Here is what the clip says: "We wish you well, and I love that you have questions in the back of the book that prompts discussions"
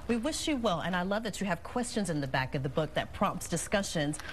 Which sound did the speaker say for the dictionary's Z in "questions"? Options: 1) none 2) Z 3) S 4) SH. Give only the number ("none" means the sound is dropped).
2